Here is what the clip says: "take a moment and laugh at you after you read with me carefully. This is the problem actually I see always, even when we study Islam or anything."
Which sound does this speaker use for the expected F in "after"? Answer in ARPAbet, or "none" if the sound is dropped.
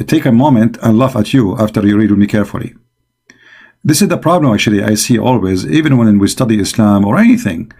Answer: F